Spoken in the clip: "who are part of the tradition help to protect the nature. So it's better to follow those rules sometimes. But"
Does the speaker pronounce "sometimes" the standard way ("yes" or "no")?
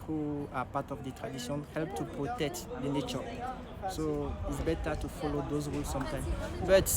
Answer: no